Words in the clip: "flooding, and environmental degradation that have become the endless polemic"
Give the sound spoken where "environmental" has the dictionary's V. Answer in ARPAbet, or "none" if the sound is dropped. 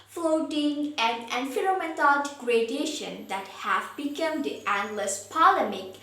F